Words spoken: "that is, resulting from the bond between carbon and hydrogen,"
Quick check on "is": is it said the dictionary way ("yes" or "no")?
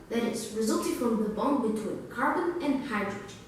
no